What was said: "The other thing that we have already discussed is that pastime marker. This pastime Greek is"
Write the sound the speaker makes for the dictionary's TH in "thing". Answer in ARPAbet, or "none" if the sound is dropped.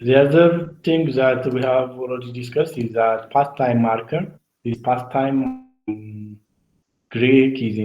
T